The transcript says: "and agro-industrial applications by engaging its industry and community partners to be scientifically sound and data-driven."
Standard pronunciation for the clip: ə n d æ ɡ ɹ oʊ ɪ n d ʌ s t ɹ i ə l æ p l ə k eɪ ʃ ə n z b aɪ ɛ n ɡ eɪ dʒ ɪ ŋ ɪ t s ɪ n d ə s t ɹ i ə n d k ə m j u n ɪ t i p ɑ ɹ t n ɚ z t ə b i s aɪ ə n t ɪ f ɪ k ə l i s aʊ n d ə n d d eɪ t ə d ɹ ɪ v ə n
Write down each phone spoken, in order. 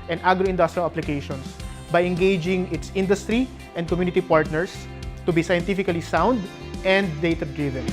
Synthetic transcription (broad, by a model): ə n d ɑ ɡ ɹ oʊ ɪ n d ʌ s t ɹ i ə l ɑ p l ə k eɪ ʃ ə n s b aɪ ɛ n ɡ eɪ dʒ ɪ ŋ ɪ t s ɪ n d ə s t ɹ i ə n d k ə m j u n ɪ t i p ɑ ɹ t n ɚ s t ə b i s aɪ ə n t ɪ f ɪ k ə l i s aʊ n d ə n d d eɪ t ə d ɹ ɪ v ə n